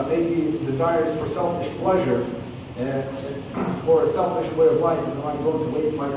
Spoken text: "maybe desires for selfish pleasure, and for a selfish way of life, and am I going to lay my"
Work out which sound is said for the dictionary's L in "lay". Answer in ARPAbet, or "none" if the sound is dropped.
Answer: W